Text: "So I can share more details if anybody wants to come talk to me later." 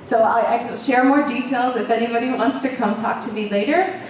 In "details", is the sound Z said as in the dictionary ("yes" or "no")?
yes